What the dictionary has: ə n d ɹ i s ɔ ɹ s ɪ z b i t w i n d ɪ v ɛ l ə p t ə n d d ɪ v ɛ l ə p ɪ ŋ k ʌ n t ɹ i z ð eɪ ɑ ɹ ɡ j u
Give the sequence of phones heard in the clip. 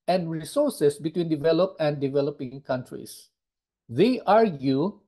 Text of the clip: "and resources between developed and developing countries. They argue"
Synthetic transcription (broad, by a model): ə n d ɹ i s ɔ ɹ s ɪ s b i t w i n d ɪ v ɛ l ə p ə n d d ɪ v ɛ l ə p ɪ ŋ k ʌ n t ɹ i s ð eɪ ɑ ɹ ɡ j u